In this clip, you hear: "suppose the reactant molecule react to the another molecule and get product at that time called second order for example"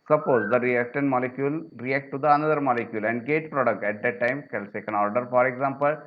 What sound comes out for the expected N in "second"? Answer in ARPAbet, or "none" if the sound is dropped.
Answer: N